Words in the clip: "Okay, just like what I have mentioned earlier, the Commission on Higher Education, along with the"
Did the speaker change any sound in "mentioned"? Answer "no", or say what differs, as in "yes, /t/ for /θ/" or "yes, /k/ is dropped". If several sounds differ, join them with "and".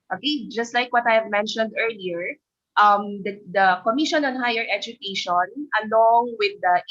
no